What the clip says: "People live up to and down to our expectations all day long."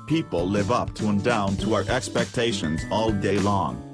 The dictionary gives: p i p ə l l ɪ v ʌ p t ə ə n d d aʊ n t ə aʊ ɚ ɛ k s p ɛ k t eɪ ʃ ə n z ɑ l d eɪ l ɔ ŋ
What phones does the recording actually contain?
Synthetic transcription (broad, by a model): p i p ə l l ɪ v ʌ p t ə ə n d d aʊ n t ə aʊ ɚ ɛ k s p ɛ k t eɪ ʃ ə n z ɑ l d eɪ l ɔ ŋ